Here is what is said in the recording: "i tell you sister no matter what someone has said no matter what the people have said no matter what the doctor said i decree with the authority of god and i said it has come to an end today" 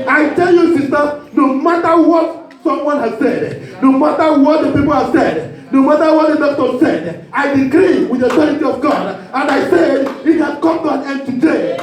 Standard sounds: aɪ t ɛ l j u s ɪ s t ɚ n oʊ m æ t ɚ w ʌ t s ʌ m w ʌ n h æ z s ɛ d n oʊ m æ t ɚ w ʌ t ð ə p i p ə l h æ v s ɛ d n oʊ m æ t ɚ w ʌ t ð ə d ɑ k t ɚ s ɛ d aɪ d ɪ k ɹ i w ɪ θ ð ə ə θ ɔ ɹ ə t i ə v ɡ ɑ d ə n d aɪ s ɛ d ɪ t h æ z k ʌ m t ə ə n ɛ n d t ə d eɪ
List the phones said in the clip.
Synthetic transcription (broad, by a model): aɪ t ɛ l j u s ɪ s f n oʊ m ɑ t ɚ w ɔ t s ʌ m w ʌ n h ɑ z s ɛ d n oʊ m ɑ t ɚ w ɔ t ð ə p i p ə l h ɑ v s ɛ d n oʊ m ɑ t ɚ w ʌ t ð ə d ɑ t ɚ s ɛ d aɪ d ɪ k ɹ i w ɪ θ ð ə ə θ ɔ ɹ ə t i ə v ɡ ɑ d ə n d aɪ s ɛ d ɪ t h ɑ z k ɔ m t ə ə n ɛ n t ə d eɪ